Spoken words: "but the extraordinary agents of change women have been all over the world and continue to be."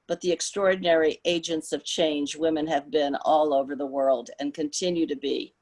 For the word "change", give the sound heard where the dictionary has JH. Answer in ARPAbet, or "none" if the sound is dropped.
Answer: JH